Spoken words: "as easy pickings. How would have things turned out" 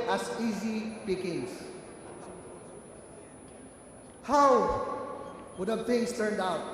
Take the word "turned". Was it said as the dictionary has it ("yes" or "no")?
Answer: yes